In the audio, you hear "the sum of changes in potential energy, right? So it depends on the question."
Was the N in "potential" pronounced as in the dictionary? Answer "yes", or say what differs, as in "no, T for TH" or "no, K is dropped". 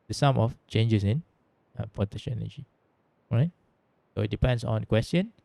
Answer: no, N is dropped